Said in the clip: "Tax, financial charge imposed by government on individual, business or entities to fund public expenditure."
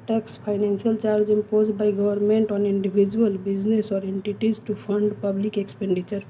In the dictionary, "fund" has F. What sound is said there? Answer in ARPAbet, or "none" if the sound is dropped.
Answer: P